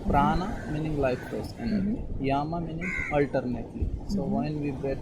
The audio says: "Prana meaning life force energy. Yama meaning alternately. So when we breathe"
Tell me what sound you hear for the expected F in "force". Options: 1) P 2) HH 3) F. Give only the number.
1